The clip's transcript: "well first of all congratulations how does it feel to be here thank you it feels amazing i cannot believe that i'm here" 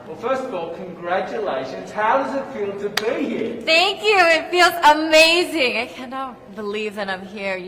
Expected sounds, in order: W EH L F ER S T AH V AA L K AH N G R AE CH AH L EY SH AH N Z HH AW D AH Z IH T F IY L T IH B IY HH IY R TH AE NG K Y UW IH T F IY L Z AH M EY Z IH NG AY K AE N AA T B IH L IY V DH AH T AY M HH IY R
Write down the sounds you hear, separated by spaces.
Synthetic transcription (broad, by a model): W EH L F ER S T AH V AA L K AH N G R AE CH AH L EY SH AH N Z HH AW D AH Z IH T F IY L T IH B IY HH IY R TH AE NG K Y UW IH T F IY L Z AH M EY Z IH NG AY K AE N AA T B IH L IY V DH AH T AY M HH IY R